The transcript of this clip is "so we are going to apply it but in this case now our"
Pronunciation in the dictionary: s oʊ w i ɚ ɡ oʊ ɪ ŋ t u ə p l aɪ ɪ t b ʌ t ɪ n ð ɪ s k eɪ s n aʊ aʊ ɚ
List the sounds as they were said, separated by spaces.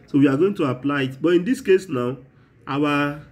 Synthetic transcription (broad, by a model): s oʊ w i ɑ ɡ oʊ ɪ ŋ t u ə p l aɪ ɪ t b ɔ t ɪ n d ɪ s k eɪ s n aʊ aʊ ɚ